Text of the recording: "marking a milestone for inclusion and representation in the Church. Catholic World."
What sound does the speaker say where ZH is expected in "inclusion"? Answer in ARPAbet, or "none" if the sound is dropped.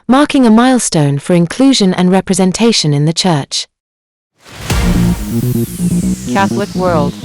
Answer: ZH